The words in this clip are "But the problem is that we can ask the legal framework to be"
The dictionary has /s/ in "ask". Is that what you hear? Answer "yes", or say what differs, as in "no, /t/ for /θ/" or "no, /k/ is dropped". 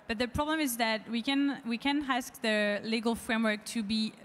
yes